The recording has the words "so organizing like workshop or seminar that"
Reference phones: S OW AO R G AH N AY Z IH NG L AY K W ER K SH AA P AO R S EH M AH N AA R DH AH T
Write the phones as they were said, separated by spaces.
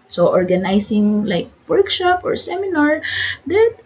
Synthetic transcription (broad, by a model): S OW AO R G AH N AY S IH NG L AY K W ER K SH AA P AO R S EH M AH N AA R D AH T